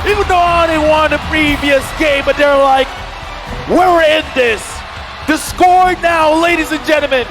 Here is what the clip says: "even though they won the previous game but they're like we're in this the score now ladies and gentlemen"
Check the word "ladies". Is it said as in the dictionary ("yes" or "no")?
yes